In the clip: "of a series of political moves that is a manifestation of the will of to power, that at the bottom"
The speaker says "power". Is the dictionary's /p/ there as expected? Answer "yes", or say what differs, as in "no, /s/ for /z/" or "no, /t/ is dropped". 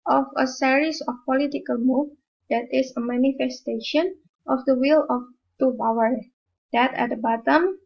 no, /b/ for /p/